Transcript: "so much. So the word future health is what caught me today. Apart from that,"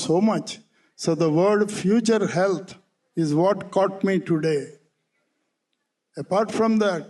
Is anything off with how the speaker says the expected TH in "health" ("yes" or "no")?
yes